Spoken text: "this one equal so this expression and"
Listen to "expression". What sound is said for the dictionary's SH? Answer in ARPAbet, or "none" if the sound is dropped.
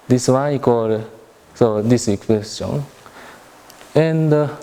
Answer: none